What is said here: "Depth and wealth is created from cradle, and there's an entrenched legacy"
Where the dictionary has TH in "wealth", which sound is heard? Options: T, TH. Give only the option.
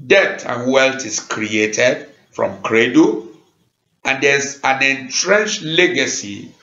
T